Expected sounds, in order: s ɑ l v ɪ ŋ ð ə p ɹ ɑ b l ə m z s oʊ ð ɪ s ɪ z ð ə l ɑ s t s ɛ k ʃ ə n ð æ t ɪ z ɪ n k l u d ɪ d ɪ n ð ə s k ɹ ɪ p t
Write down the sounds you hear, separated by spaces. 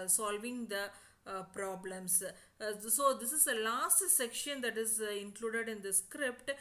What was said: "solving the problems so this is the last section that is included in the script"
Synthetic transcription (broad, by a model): s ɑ l v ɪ ŋ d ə p ɹ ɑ b l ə m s s oʊ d ɪ s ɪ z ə l ɑ s t s ɛ k ʃ ə n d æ t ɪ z ɪ n k l u d ɪ d ɪ n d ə s k ɹ ɪ p t